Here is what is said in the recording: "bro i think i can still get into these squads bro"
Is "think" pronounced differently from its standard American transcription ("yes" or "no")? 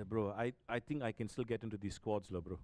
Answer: yes